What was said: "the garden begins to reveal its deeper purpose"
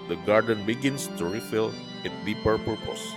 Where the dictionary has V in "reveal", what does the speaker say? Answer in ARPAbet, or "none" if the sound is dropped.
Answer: F